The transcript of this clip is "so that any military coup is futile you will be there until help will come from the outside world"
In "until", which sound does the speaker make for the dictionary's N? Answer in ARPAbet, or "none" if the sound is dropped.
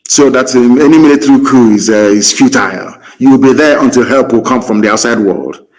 N